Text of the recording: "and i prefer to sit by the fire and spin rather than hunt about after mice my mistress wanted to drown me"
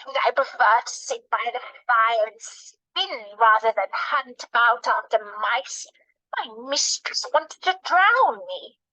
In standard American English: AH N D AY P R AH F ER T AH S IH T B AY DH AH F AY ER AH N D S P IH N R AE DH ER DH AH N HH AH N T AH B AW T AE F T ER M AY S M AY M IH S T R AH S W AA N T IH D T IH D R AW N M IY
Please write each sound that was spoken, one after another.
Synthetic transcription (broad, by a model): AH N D AY P R AH F ER T AH S IH T B AY DH AH F AY ER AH N S P IH N R AE DH ER DH AH N HH AH N T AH UH T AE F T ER M AY S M AY M IH S T R AH S W AA N T IH D T IH D R AW N M IY